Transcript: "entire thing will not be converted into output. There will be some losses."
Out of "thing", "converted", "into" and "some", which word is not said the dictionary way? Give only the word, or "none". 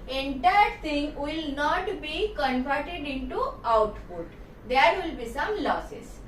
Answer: thing